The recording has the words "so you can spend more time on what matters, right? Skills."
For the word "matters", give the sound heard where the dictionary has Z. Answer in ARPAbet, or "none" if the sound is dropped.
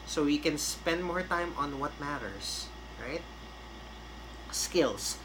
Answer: S